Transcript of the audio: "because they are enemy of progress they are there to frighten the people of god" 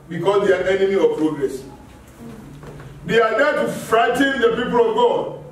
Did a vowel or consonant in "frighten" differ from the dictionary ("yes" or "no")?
no